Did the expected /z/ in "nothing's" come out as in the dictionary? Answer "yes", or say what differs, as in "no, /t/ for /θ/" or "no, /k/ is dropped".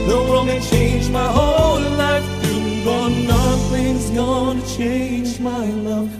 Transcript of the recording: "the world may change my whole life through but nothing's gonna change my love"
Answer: yes